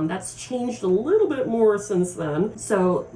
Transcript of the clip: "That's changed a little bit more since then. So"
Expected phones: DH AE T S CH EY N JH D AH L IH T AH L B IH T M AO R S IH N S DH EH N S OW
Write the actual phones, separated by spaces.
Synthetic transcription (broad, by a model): DH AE T S CH EY N JH D AH L IH T L B IH T M AO R S IH N S DH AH N S OW